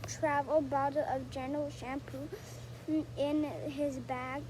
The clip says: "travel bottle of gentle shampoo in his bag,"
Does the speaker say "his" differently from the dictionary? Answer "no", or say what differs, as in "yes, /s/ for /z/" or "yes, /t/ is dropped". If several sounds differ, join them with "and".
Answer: no